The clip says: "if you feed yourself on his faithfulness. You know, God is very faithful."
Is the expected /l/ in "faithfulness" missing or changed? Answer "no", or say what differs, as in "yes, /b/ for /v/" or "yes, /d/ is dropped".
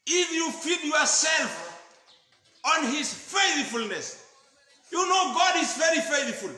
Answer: no